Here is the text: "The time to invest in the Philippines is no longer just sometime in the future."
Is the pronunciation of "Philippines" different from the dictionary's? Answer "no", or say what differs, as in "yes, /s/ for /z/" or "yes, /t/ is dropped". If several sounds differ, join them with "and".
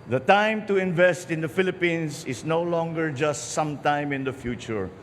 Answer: yes, /s/ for /z/